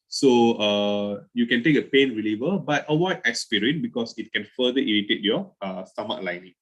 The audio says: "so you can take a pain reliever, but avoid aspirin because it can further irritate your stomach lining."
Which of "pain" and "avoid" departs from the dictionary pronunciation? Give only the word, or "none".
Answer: avoid